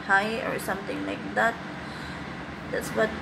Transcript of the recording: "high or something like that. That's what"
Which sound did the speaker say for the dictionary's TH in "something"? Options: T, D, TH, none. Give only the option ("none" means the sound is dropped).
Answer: T